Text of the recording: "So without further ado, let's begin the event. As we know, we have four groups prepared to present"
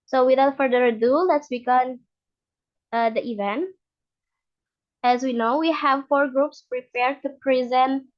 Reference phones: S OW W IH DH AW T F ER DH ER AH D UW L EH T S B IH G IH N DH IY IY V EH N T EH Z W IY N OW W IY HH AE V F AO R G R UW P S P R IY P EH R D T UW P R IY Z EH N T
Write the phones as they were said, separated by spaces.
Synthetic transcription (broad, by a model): S OW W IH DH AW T F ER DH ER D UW L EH T S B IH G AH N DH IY IY V EH N T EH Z W IY N OW W IY HH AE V F AO R G R UW P S P R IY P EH R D T UW P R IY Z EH N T